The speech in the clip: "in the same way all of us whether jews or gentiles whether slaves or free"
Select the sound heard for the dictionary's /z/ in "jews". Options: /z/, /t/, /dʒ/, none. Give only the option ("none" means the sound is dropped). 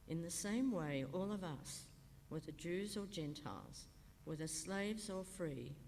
/z/